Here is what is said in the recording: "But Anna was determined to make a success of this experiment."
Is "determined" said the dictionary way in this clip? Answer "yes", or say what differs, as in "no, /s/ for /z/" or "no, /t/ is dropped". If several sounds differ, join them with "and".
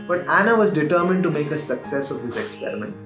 yes